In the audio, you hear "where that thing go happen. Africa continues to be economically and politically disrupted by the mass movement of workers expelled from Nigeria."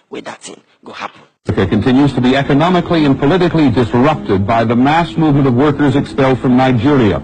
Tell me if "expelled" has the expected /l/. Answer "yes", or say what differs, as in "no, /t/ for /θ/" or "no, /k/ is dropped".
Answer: yes